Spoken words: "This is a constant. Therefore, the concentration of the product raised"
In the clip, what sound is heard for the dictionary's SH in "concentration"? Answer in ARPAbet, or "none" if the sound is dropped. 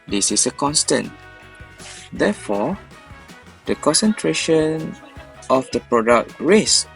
SH